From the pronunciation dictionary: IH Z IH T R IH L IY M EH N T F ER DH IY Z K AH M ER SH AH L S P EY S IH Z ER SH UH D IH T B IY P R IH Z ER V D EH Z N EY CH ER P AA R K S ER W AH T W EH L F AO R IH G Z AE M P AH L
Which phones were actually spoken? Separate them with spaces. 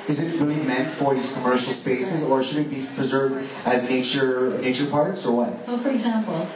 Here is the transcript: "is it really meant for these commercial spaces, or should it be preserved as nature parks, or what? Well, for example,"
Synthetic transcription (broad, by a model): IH Z IH T R IH L IY M EH N T F ER DH IY Z K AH M ER SH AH L S P EY S IH Z ER SH UH D IH T B IY P R IH Z ER V D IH Z N EY CH ER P AA R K S ER W AH T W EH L F AO R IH G Z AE M P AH L